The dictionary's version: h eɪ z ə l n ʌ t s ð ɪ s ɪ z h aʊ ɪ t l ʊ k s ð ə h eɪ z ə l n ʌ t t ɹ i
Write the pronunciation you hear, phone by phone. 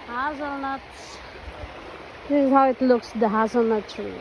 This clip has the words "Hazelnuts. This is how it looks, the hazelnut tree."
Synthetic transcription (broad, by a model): h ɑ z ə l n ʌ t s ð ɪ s ɪ z h aʊ ɪ t l ʊ k s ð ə h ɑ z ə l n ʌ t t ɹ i